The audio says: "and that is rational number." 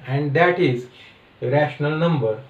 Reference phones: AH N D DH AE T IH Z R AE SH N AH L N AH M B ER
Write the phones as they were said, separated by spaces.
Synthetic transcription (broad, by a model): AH N D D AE T IH Z R AE SH N AH L N AH M B ER